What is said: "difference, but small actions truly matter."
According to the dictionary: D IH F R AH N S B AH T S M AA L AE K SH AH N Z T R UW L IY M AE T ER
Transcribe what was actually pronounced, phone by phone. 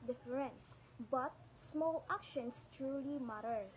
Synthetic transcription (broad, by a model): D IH F R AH N S B AH T S M AA L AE K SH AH N S T R UW L IY M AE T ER